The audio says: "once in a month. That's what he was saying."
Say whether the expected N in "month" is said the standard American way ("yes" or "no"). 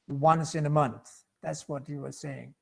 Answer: yes